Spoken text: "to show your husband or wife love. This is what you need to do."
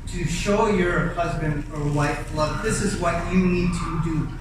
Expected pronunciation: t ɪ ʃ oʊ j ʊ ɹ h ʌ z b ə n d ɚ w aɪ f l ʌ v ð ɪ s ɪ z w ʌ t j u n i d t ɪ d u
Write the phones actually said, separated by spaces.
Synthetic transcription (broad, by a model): t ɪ ʃ oʊ j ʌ ɹ h ʌ z b ə n d ɚ w aɪ f l ʌ v ð ɪ s ɪ z w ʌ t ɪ n i d t ɪ d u